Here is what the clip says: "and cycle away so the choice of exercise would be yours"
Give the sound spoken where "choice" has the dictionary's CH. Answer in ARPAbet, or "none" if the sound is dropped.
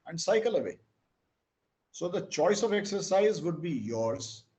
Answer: CH